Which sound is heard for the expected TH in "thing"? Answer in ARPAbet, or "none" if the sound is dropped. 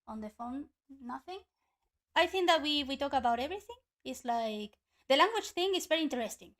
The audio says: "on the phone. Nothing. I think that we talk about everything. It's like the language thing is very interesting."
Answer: TH